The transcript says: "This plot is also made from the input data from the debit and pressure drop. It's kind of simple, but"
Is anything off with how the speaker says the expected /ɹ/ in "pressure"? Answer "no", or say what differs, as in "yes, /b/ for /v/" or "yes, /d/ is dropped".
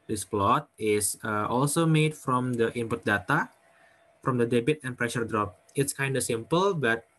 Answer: no